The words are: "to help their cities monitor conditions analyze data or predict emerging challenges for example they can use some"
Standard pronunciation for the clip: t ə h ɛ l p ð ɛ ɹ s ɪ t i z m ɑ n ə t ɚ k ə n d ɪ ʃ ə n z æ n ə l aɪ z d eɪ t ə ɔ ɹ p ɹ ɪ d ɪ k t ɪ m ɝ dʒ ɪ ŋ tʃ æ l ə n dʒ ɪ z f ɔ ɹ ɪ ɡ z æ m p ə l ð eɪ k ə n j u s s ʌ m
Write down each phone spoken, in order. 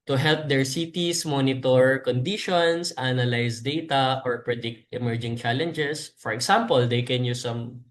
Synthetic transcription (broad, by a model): t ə h ɛ l p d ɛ ɹ s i t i s m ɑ n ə t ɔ k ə n d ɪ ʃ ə n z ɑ n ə l aɪ s d eɪ t ə ɔ ɹ p ɹ ɪ d ɪ k t ɪ m ɝ dʒ ɪ ŋ tʃ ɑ l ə n dʒ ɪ s f ɔ ɹ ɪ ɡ s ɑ m p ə l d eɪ k ə n j u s s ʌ m